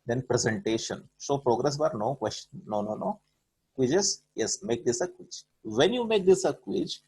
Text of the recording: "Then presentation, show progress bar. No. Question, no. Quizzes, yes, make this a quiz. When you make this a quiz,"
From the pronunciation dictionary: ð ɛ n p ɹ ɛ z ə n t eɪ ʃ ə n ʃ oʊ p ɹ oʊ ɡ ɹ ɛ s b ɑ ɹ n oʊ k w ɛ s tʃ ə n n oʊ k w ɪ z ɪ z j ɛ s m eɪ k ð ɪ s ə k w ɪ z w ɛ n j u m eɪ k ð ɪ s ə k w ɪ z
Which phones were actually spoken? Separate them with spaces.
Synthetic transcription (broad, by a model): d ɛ n p ɹ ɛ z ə n t eɪ ʃ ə n s oʊ p ɹ oʊ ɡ ɹ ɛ s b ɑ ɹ n oʊ k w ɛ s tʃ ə n n oʊ k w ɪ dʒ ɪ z j ɛ s m eɪ k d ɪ s ə k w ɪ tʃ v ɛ n j u m eɪ k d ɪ s ə k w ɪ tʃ